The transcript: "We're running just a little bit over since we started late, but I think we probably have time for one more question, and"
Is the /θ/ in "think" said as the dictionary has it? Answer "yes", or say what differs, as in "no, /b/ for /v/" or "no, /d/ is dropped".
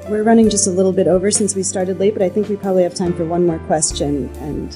yes